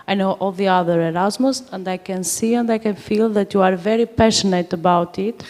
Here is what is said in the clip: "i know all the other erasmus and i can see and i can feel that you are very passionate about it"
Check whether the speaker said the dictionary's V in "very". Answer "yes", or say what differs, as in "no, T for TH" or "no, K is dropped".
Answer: yes